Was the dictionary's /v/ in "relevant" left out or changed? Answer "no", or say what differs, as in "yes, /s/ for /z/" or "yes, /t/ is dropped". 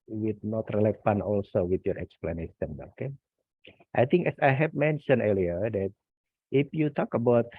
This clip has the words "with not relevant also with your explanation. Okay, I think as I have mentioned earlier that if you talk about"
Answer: yes, /f/ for /v/